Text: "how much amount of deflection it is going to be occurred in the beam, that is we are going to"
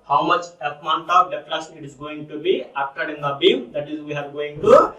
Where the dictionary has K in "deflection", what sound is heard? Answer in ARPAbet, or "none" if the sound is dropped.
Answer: none